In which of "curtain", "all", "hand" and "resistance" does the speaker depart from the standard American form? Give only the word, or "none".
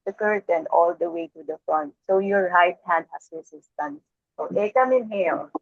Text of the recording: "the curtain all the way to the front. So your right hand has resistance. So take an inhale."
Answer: resistance